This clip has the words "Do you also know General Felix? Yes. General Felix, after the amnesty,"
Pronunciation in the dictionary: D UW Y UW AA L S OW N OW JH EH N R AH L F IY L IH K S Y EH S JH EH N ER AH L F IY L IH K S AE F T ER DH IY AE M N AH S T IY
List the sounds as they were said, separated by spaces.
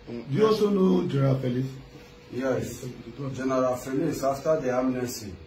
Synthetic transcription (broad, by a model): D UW Y UW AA S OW N OW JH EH R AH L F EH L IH S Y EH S JH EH N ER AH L F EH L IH S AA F T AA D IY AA M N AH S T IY